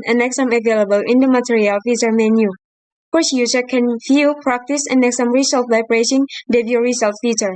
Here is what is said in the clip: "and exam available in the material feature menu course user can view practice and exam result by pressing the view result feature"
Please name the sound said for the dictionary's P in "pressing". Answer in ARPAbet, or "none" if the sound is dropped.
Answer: B